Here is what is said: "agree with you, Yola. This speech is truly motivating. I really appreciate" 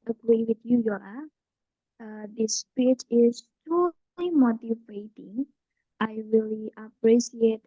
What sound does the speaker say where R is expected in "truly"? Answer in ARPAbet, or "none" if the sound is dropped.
none